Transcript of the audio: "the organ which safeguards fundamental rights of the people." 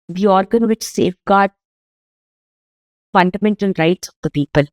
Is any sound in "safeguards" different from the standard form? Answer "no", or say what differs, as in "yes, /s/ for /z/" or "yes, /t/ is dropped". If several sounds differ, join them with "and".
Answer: yes, /z/ is dropped